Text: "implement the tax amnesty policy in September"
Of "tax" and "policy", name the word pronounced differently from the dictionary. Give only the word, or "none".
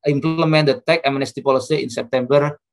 tax